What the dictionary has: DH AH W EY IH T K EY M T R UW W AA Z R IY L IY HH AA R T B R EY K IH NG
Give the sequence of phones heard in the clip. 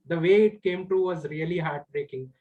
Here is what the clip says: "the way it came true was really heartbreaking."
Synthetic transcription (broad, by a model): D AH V EY IH T K EY M T UW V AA Z R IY L IY HH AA R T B R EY K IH NG